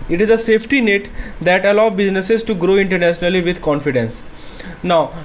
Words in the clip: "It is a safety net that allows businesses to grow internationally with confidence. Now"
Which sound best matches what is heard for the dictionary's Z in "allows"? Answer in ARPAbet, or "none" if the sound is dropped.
none